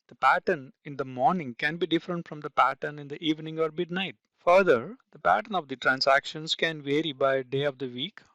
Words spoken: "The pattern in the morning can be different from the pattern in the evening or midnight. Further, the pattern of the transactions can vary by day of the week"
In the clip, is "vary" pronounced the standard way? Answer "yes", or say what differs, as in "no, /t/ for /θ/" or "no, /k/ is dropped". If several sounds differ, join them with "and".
yes